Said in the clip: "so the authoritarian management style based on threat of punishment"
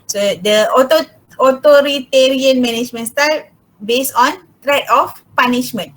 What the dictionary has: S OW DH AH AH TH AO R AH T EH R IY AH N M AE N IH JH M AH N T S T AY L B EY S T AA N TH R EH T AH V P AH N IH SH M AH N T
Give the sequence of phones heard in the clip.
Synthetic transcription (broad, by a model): S OW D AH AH T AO R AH T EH R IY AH N M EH N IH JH M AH N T S T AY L B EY S AA N T R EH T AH F P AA N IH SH M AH N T